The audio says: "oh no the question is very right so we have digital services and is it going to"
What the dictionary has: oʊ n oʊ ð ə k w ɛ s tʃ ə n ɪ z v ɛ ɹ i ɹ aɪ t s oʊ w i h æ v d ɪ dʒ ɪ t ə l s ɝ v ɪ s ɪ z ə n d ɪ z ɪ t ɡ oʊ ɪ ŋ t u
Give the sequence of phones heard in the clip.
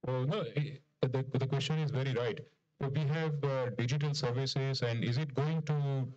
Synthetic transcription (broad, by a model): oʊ n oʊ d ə k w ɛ s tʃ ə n ɪ z v ɛ ɹ i ɹ aɪ t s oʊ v i h æ v d ɪ dʒ ɪ t ə l s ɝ v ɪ s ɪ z ə n d ɪ z ɪ t ɡ oʊ ɪ ŋ t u